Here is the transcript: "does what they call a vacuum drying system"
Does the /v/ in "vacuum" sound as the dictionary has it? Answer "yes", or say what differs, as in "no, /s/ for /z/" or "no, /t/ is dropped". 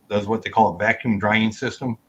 yes